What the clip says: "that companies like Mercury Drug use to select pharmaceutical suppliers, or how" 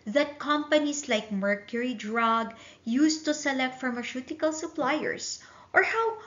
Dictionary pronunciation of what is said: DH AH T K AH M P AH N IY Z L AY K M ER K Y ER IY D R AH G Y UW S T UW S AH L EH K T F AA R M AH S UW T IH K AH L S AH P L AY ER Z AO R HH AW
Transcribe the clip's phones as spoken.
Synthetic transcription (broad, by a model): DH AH T K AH M P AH N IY S L AY K M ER K Y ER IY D R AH G Y UW S T UW S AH L EH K T F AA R M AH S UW T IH K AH L S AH P L AY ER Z AO R HH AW